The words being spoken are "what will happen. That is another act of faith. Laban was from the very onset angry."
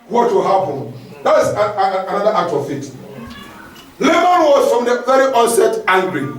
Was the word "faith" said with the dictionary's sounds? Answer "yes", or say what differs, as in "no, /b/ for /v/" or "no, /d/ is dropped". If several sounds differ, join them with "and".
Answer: no, /t/ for /θ/